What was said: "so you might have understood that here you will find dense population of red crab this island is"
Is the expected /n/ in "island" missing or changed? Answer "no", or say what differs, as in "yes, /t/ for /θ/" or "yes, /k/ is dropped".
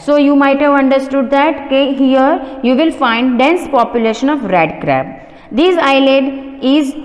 yes, /n/ is dropped